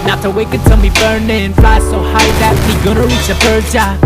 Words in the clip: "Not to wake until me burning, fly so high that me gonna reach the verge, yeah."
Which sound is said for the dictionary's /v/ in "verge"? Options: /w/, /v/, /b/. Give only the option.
/b/